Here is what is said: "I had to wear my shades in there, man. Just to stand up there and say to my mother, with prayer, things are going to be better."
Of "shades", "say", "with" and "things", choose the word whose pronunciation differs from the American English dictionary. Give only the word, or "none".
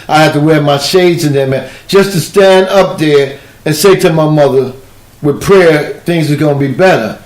none